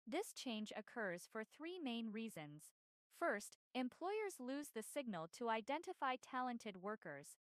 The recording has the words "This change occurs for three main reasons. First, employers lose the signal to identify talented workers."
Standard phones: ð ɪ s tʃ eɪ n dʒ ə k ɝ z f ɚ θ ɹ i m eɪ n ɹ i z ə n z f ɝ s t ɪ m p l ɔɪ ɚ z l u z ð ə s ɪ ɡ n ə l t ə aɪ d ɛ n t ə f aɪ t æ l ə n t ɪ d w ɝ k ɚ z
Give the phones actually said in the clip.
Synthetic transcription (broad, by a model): ð ɪ s tʃ eɪ n dʒ ə k ɝ z f ɚ θ ɹ i m eɪ n ɹ i z ə n z f ɝ s t ɪ m p l ɔɪ ɚ z l u z ð ə s ɪ ɡ n ə l t ə aɪ d ɛ n t ə f aɪ t æ l ə n t ɪ d w ɝ k ɚ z